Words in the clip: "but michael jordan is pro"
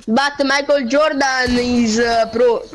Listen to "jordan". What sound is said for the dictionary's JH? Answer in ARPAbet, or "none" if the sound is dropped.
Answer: JH